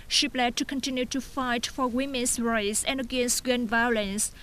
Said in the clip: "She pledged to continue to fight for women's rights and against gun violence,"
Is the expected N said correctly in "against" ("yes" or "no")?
yes